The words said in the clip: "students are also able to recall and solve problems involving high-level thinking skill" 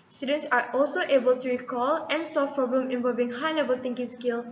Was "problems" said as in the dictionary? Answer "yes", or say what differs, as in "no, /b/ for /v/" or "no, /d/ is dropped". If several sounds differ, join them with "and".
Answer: no, /l/ is dropped and /z/ is dropped